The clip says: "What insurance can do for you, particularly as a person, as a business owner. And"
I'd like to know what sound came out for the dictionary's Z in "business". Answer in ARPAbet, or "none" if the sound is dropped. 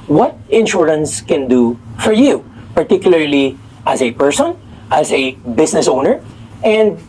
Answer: S